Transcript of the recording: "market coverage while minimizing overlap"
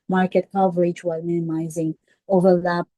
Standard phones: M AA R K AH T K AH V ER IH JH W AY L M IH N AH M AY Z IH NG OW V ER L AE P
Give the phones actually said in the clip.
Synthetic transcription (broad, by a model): M AA R K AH T K AH V ER IH JH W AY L M IH N AH M AY Z IH NG OW V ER L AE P